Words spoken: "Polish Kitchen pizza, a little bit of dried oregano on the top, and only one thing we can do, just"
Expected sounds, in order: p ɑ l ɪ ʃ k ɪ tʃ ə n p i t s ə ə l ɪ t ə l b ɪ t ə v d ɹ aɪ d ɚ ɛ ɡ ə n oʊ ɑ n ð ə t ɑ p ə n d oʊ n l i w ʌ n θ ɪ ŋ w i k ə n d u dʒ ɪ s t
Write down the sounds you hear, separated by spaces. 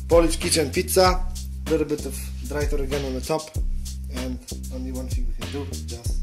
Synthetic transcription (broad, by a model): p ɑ l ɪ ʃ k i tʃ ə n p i t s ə ə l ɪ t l b ɪ t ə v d ɹ aɪ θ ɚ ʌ ɡ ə n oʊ ɑ n ð ə t ɑ p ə n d oʊ n l i w ʌ n f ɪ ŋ w i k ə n d u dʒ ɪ s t